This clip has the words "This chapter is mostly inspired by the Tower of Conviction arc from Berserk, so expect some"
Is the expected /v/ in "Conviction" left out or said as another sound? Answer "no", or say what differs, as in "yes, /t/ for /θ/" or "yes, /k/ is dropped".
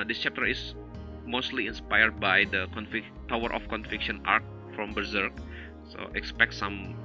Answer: yes, /f/ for /v/